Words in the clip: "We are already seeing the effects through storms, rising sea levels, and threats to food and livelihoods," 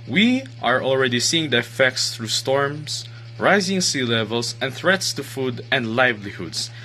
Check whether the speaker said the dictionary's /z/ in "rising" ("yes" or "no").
yes